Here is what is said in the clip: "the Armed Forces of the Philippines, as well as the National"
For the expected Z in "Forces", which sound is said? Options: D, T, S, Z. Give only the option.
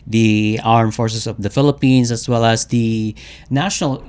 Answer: S